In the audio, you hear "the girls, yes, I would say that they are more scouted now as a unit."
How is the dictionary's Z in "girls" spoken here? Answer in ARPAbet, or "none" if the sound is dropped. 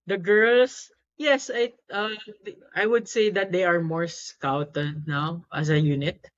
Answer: S